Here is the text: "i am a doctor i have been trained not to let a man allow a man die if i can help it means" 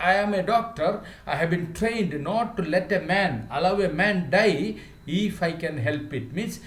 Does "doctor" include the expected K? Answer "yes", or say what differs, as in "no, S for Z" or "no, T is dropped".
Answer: yes